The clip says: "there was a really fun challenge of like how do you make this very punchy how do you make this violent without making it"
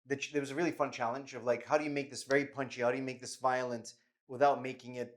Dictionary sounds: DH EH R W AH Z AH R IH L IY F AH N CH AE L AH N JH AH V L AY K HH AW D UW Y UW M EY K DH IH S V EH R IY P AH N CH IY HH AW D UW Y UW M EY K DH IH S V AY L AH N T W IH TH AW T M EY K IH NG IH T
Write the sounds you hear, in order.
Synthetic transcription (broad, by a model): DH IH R W AH Z AH R IH L IY F AH N CH AE L AH N JH AH V L AY K HH AW D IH Y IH M EY K DH IH S V EH R IY P AH N CH IY HH AW D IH Y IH M EY K DH IH S V AY L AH N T W IH TH AW T M EY K IH NG IH T